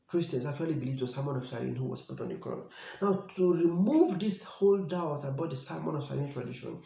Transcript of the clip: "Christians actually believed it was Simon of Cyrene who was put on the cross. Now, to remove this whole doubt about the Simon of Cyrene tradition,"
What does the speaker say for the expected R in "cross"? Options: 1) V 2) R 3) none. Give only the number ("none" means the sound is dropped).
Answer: 3